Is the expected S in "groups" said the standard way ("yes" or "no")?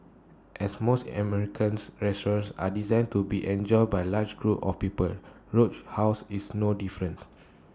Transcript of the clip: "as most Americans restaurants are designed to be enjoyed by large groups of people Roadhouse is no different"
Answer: no